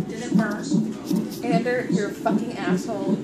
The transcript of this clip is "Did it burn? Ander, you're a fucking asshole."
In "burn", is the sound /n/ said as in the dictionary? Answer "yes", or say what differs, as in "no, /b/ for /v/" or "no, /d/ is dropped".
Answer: no, /n/ is dropped